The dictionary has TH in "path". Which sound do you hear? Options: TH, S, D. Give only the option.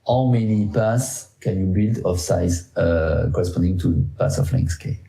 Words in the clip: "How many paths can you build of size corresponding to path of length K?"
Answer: S